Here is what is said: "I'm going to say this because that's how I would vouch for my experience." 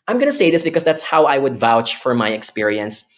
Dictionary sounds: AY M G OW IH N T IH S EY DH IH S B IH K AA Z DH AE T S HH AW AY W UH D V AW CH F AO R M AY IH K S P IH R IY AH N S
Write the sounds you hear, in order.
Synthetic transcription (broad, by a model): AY M G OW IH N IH S EY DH IH S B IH K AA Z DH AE T S HH AW AY W UH D V AW CH F AO R M AY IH K S P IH R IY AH N S